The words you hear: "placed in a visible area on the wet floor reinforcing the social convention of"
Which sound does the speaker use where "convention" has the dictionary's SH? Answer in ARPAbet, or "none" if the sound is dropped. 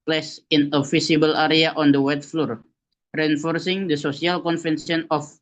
S